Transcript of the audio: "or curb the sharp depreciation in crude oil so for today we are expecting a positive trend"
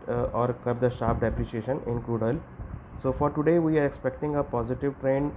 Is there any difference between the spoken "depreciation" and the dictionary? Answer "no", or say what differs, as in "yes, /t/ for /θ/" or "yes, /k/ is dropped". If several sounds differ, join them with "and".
no